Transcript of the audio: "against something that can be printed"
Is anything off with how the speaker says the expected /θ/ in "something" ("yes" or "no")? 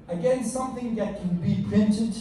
no